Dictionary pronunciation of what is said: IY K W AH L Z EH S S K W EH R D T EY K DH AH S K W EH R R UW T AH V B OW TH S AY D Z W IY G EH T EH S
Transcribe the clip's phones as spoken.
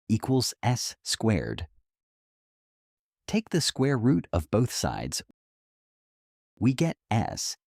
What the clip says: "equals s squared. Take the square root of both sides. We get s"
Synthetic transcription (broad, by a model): IY K W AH L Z EH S S K W EH R D T EY K DH AH S K W EH R R UW T AH V B OW TH S AY D Z W IY G EH T EH S